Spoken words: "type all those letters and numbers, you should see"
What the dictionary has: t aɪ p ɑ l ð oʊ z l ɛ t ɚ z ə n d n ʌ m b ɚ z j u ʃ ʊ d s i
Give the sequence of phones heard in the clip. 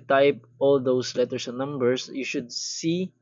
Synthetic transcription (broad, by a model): t aɪ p ɑ l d oʊ s l ɛ t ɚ s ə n n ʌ m b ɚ s j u ʃ ʊ d s i